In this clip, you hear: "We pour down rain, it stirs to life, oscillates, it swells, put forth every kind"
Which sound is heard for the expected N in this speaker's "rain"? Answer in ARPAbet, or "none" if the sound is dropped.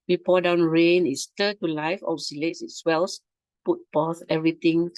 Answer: N